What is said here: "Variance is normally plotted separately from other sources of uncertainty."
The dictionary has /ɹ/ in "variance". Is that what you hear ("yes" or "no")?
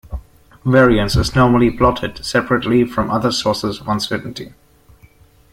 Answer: yes